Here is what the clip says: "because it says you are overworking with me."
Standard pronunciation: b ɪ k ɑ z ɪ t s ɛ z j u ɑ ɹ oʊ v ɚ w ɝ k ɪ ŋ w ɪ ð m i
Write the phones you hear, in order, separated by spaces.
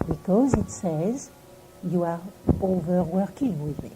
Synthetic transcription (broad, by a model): b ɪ k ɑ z ɪ t s ɛ z j u ɑ ɹ oʊ v ɚ w ɝ k ɪ ŋ w ɪ ð m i